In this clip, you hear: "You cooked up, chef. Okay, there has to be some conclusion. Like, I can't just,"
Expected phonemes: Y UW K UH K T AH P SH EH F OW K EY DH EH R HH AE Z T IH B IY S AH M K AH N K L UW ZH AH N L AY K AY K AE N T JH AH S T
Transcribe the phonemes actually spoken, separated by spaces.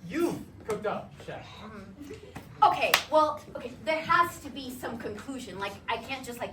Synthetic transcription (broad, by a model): Y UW K UH K T AH P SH EH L OW K EY DH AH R HH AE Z T IH B IY S AH M K AH N K L UW ZH AH N L AY K AY K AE N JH AH S T